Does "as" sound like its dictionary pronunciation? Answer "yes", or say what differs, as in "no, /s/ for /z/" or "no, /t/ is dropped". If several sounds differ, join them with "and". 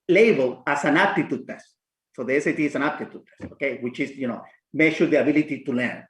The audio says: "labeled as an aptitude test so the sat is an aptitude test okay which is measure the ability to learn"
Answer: no, /s/ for /z/